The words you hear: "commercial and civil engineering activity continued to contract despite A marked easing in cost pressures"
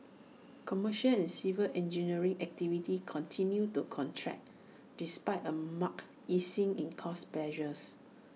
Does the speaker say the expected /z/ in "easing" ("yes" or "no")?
no